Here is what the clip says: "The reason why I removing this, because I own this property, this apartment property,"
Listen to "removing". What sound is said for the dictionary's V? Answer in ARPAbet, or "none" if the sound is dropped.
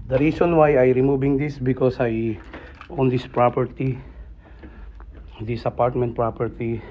B